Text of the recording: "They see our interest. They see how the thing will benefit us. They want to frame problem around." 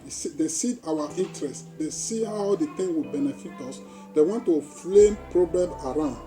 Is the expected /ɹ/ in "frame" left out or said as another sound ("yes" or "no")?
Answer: yes